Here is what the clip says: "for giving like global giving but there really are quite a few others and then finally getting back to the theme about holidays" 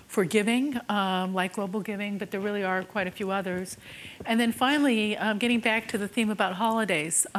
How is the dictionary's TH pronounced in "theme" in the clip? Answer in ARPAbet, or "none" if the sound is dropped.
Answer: TH